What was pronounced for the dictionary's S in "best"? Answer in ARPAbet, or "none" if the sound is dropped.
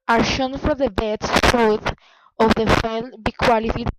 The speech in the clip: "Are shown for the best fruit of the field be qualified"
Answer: none